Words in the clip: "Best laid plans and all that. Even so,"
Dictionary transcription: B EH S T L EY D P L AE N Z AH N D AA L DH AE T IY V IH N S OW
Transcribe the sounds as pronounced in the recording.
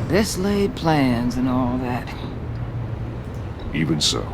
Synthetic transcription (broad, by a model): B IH S L EY D P L AE N Z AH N AA L DH AE T IY V IH N S OW